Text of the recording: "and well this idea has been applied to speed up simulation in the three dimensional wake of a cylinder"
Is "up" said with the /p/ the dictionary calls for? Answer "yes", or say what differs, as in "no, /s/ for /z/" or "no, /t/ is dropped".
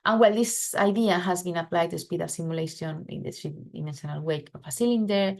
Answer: no, /f/ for /p/